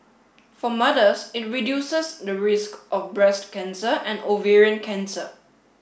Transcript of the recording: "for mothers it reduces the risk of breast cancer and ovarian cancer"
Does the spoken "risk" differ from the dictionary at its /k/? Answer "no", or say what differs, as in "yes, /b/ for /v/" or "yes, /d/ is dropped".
no